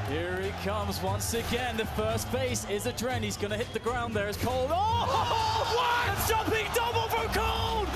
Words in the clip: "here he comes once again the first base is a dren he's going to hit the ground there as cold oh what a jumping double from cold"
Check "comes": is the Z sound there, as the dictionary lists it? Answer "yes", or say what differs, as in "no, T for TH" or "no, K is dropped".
yes